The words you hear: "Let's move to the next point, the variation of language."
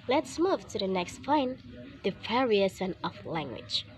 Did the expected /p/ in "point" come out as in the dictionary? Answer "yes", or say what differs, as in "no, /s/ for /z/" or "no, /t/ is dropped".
no, /f/ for /p/